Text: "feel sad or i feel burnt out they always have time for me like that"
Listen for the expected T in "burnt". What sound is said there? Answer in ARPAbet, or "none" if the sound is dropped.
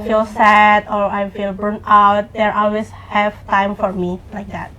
none